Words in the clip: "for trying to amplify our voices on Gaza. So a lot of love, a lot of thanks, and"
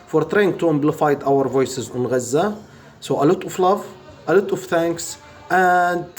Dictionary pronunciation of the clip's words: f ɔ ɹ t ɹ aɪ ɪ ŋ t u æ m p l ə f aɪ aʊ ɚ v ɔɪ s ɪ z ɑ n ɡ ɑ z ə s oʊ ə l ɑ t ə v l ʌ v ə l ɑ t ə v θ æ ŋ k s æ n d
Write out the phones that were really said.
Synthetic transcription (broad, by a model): f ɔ ɹ t ɹ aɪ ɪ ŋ t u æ m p l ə f aɪ aʊ ɚ v ɔɪ s ɪ z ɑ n ɡ ɑ z ə s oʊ ə l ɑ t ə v l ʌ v ə l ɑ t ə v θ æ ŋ k s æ n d